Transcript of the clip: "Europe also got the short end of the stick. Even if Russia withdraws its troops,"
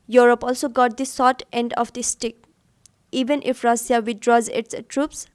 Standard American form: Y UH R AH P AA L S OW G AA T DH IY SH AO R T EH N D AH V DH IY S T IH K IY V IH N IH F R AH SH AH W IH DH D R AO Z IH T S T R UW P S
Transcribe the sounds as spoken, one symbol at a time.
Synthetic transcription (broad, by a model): Y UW R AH P AA L S OW G AA T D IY S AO T EH N D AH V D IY S T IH K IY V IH N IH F R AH S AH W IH D R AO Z IH T S T R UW P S